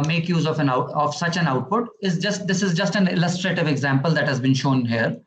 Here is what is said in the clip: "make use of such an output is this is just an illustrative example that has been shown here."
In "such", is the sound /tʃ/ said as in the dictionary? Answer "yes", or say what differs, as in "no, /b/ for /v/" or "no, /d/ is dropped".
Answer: yes